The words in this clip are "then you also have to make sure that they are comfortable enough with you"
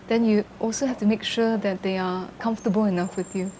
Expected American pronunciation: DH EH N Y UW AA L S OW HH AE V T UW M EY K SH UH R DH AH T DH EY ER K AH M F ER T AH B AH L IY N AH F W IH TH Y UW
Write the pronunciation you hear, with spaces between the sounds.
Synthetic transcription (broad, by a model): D EH N Y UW AA L S OW HH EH F T UW M EY K SH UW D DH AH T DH EY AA K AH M F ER T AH B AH L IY N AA F W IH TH Y UW